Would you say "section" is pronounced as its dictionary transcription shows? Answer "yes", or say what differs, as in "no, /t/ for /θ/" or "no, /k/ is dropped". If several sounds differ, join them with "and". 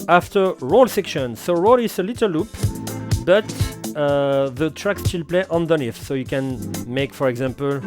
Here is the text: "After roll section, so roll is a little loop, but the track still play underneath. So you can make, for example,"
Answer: yes